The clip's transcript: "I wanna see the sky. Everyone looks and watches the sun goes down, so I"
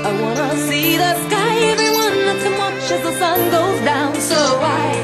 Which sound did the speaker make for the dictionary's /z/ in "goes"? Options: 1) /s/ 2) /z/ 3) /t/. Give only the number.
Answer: 2